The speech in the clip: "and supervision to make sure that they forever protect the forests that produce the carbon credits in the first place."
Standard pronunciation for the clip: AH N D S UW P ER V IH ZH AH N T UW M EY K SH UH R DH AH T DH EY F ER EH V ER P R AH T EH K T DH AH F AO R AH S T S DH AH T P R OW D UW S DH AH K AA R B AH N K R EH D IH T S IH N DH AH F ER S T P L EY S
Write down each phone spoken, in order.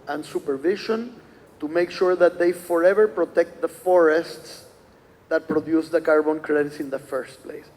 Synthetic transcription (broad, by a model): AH N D S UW P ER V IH SH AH N T UW M EY K SH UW R DH AH T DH EY F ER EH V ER P R AH T EH K T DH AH F AO R AH S T S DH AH T P R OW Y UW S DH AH K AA R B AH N K R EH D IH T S IH N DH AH F ER S T P L EY S